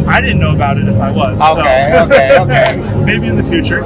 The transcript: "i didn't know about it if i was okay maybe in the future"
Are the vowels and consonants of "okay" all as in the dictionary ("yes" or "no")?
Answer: no